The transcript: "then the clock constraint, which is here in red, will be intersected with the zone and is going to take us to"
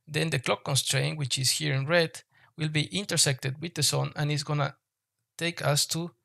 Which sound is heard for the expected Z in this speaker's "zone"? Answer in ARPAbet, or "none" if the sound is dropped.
S